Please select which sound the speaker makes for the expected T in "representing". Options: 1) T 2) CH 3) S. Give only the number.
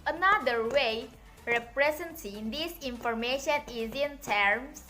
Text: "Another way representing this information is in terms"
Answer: 3